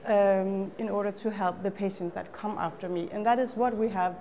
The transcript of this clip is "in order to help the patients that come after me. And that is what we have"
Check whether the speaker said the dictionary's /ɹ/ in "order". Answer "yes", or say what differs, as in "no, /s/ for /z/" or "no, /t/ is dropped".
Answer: yes